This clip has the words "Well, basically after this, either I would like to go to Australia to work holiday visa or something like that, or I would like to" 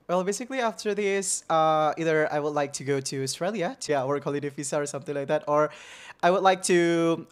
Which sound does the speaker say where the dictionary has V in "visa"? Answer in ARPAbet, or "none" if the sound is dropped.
F